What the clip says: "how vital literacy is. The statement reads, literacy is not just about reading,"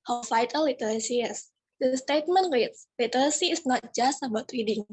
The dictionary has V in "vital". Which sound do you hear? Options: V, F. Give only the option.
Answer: F